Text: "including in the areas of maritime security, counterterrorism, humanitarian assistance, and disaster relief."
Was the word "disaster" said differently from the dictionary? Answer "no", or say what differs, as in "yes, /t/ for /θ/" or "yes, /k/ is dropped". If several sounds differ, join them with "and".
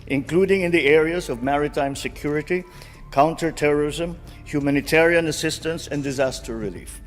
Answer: no